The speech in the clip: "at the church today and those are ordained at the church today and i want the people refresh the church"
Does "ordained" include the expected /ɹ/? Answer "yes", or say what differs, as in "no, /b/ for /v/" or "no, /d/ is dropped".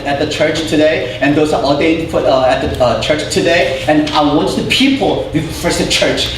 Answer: no, /l/ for /ɹ/